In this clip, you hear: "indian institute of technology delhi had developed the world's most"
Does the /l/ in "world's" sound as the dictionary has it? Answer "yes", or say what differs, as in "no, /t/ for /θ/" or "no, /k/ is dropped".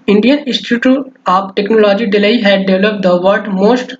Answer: no, /l/ is dropped